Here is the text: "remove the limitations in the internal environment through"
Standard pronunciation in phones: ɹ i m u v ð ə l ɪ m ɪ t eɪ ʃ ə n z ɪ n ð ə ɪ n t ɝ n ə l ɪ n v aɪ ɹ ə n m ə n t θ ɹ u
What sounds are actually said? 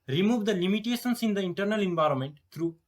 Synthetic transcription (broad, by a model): ɹ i m u v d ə l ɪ m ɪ t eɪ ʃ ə n s ɪ n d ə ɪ n t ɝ n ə l ɪ n v aɪ ɹ ə n m ə n t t ɹ u